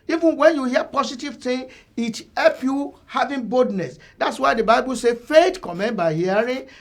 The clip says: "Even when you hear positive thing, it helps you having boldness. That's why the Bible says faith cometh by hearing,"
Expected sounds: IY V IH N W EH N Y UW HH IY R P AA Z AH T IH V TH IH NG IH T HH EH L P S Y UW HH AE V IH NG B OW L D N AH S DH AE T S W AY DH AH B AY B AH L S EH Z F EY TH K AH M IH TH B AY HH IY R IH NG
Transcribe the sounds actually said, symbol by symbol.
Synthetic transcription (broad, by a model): IY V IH N W EH N Y UW HH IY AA P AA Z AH T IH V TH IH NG IH T HH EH L P Y UW HH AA V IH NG B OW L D N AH S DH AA T S W AY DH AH B AY B AH L S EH F EY T K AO M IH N B AY HH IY R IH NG